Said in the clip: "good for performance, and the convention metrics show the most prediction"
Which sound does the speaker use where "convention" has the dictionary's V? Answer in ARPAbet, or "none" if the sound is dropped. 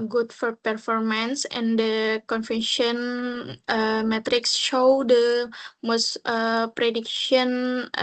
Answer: F